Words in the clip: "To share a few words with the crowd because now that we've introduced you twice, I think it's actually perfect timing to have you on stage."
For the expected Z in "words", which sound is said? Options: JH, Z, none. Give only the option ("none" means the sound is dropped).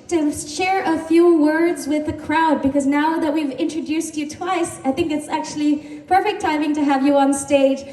Z